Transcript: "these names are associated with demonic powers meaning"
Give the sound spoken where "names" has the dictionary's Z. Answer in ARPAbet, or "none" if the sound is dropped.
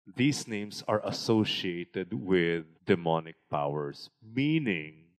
S